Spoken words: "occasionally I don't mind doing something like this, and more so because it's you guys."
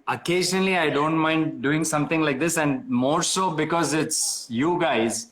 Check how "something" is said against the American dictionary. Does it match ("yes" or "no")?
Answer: no